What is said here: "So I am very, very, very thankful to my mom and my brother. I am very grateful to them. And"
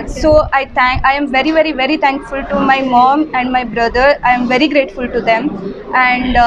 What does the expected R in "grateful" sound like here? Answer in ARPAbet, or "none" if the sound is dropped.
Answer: R